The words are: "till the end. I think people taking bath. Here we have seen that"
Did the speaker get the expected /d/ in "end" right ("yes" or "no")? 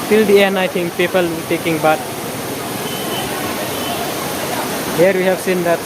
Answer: no